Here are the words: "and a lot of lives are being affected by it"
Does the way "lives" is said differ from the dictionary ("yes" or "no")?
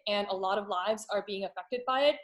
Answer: no